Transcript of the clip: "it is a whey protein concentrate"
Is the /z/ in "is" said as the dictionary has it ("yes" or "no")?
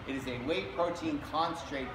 yes